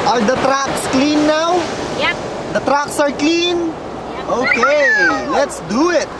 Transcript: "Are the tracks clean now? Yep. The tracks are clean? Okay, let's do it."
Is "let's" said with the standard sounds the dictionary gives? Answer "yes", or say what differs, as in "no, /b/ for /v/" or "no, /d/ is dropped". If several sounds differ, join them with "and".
yes